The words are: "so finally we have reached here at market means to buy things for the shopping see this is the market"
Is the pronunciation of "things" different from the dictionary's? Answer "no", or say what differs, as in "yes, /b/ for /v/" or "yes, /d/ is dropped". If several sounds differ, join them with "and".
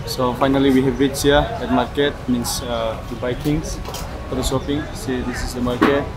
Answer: yes, /z/ is dropped